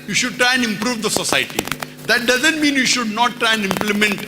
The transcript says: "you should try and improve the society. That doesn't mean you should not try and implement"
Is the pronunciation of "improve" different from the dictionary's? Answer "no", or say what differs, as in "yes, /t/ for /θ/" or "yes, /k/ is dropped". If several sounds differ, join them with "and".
no